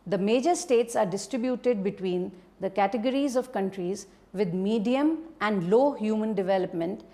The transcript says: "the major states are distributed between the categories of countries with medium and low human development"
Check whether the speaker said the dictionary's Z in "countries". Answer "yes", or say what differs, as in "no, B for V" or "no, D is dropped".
yes